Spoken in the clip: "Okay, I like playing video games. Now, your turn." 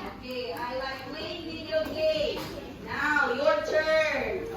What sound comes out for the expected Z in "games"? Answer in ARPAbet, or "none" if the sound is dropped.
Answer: none